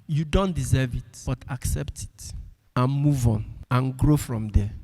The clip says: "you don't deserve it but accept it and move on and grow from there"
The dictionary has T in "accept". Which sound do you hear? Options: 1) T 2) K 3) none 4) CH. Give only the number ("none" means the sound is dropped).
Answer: 1